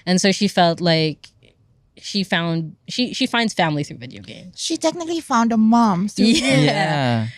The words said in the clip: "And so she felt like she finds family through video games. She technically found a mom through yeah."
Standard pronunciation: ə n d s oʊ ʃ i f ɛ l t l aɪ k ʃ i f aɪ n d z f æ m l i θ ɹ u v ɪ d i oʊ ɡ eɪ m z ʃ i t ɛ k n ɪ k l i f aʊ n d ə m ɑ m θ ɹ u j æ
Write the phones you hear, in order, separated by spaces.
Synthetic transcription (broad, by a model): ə n s oʊ ʃ i f ɛ l t l aɪ k ʃ i f aɪ n d z f æ m l i θ ɹ u v ɪ d i oʊ ɡ eɪ m z ʃ i t ɛ k n ɪ k l i f aʊ n d ə m ɑ m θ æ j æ